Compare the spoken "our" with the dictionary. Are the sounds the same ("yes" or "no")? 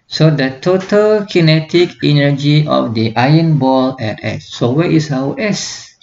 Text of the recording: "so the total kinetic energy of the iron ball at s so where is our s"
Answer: no